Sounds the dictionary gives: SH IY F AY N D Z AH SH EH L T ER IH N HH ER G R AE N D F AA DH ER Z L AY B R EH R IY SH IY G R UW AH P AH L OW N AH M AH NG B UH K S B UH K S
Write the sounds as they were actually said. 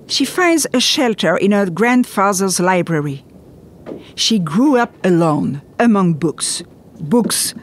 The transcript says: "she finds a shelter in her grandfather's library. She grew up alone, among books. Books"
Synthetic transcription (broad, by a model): SH IY F AY N D Z AH SH EH L T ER IH N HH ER G R AE N D F AA DH ER Z L AY B R EH R IY SH IY G R UW AH P AH L OW N AH M AH NG B UH K S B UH K S